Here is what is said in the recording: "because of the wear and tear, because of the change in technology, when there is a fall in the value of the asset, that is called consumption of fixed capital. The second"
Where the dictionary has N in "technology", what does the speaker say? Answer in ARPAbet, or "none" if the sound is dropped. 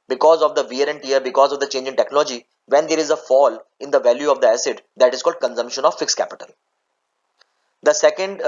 N